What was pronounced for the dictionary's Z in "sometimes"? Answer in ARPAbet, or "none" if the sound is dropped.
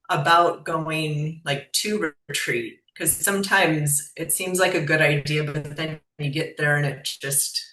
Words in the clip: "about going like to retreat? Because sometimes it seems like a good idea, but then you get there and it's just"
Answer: Z